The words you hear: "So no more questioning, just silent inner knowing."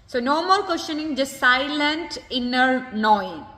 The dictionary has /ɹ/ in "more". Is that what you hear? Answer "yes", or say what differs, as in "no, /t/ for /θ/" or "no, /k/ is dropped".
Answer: no, /l/ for /ɹ/